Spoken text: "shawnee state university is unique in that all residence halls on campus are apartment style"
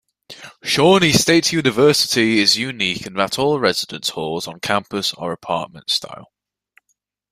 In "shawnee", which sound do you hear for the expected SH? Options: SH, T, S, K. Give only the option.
SH